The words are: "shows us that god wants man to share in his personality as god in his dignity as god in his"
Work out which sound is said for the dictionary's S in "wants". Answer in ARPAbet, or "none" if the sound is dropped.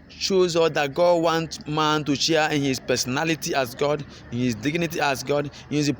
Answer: none